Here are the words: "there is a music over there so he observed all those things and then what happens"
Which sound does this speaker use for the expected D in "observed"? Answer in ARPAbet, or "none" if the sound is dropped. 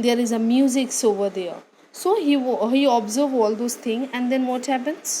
none